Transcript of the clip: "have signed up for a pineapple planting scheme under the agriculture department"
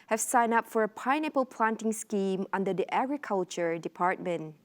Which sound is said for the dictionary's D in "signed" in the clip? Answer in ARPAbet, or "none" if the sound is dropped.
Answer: none